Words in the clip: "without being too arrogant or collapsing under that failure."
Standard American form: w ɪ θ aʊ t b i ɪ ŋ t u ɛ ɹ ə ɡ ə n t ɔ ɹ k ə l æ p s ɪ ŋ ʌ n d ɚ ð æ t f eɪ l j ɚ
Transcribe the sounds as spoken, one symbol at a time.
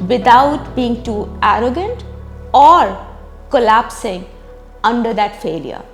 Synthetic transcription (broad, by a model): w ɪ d aʊ t b i ɪ ŋ t u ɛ ɹ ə ɡ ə n t ɔ ɹ k ə l æ p s ɪ ŋ ʌ n d ɚ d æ t f eɪ l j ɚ